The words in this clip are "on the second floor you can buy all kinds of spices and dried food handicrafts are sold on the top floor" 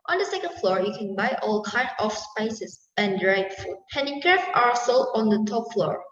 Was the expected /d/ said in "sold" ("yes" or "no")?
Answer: no